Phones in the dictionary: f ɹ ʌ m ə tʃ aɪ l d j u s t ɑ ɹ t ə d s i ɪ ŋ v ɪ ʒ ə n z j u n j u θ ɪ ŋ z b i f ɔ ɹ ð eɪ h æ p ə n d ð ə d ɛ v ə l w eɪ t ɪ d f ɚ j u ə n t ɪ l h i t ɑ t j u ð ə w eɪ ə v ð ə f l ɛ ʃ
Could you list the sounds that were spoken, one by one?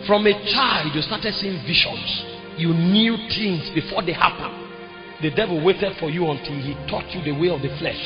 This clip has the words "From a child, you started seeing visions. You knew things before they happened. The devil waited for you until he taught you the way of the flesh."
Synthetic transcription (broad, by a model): f ɹ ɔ m ə tʃ aɪ l d j u s t ɑ t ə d s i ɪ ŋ v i ʃ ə n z j u n j u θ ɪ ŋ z b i f ɔ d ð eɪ h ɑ p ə n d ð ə d ɛ v ə l w eɪ t ɪ d f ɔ j u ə n t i l h i t ɑ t j u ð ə w eɪ ə v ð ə f l ɛ ʃ